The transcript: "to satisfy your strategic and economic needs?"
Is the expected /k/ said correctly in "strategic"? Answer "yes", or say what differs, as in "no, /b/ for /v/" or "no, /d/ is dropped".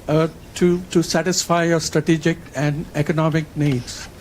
yes